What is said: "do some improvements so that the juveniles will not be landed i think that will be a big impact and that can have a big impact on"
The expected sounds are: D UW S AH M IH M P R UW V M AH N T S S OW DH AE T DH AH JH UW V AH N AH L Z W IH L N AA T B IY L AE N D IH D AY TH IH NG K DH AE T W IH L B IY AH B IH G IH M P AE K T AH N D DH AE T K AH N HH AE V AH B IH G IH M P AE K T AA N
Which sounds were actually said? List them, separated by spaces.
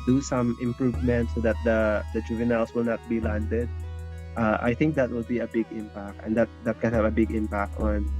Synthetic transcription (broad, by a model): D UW S AH M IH M P R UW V M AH N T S S OW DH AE T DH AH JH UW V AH N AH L S W IH L N AA T B IY L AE N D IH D AY TH IH NG K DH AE T W IH L B IY AH B IH G IH M P AE K T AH N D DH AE T K AH N HH AE V AH B IH G IH M P AE K T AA N